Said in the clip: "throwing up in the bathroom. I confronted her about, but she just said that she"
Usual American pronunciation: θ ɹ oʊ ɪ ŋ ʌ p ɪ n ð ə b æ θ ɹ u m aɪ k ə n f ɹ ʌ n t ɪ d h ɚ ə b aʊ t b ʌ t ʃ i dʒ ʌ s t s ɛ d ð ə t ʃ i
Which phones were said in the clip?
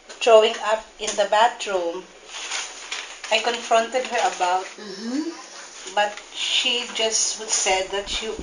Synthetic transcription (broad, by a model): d ɹ oʊ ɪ ŋ ʌ p ɪ n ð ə b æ t ɹ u m aɪ k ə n f ɹ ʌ n t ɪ d h ɚ ə b aʊ t b ʌ t ʃ i dʒ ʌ s t s ɛ d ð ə t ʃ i